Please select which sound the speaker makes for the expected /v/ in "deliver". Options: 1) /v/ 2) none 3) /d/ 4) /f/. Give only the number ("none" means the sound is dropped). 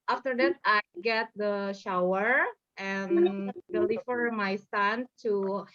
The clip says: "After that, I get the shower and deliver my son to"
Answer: 4